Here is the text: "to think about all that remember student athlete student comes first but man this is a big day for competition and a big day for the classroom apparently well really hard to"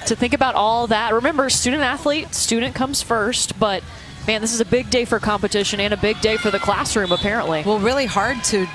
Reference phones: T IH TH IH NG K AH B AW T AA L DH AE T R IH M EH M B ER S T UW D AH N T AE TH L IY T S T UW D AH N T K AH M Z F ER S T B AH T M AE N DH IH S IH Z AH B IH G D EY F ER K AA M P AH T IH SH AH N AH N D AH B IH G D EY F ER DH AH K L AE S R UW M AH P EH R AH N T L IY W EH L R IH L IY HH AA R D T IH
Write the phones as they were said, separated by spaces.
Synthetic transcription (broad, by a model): T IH TH IH NG K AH B AW T AA L DH AE T R IH M EH M B ER S T UW D N T AE TH L IY T S T UW D N K AH M Z F ER S T B AH T M AE N DH IH S IH Z AH B IH G D EY F ER K AA M P AH T IH SH AH N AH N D AH B IH G D EY F ER DH AH K L AE S R UW M AH P EH R AH N T L IY W EH L R IH L IY HH AA R D T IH